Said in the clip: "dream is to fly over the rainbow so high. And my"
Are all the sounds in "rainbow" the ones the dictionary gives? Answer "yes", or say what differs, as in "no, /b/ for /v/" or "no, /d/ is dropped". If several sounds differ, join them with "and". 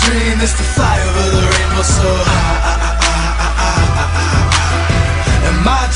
no, /n/ is dropped